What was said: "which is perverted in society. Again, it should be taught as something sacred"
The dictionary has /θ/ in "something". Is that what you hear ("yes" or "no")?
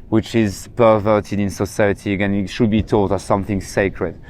yes